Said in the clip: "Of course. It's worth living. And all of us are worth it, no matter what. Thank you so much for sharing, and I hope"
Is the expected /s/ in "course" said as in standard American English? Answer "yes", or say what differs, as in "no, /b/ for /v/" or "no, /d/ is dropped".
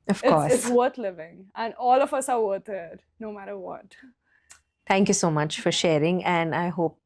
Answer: no, /s/ is dropped